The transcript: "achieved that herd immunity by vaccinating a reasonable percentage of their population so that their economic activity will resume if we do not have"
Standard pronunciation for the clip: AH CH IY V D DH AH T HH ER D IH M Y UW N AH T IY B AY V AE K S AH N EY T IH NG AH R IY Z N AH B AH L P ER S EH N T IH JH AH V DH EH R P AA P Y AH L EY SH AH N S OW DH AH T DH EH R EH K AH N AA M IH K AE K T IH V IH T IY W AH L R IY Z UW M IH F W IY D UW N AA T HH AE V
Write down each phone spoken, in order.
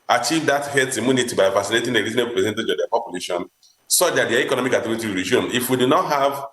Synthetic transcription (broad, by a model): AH CH IY V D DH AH T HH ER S IH M Y UW N AH T IY B AY V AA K S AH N EY T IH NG AH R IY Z AH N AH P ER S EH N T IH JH AH V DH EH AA P AA P Y AH L EY SH AH N S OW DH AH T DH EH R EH K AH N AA M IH K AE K T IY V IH T IY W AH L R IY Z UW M IH F W IY D UW N AA T HH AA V